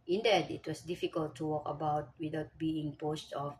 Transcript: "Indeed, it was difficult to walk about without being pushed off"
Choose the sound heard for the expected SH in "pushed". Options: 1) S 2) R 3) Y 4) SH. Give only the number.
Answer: 1